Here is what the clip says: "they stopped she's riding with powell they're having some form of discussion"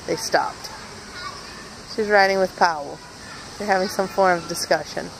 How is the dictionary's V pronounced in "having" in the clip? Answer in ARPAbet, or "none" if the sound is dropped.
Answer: V